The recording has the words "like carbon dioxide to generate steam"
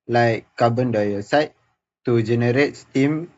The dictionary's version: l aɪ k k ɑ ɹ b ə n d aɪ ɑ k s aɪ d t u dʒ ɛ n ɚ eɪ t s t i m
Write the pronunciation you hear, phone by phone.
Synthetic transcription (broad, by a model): l aɪ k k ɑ b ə n d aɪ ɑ s aɪ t t u dʒ ɛ n ɚ eɪ t s t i m